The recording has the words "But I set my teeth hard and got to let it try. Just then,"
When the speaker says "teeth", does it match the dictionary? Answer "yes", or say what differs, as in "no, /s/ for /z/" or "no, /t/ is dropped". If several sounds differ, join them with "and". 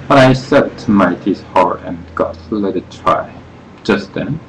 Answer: no, /s/ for /θ/